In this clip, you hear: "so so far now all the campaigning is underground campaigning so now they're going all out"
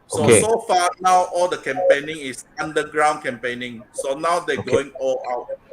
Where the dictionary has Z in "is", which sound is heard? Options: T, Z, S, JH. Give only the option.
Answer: S